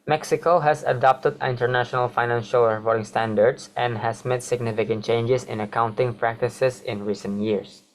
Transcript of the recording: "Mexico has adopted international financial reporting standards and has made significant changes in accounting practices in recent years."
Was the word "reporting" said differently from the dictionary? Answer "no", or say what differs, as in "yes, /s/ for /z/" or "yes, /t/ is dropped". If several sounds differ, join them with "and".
yes, /f/ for /p/